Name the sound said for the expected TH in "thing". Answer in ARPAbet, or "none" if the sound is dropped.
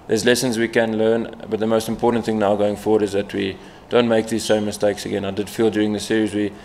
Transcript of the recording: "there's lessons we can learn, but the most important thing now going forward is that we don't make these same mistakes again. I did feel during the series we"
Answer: TH